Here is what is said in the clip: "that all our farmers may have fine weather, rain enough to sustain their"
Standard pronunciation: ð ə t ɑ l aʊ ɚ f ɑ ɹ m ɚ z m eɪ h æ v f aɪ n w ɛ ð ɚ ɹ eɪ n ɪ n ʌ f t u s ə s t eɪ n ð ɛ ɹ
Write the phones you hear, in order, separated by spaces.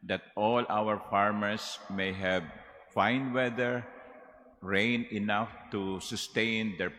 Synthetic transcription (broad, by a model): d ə t ɑ l aʊ ɚ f ɑ ɹ m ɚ s m eɪ h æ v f aɪ n w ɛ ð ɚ ɹ eɪ n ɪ n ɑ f t u s ə s t eɪ n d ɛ ɹ